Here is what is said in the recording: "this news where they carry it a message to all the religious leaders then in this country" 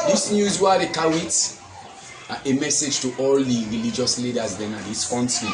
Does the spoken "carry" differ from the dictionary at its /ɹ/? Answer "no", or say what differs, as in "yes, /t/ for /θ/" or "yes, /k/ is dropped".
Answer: yes, /w/ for /ɹ/